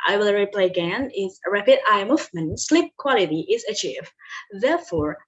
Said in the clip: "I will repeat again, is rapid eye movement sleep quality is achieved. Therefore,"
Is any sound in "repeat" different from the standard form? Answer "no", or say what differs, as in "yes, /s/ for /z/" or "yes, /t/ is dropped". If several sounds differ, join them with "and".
yes, /t/ is dropped